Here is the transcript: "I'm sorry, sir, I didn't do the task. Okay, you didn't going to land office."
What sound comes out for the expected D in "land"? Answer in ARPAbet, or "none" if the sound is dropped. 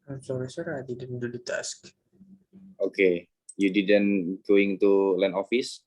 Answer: none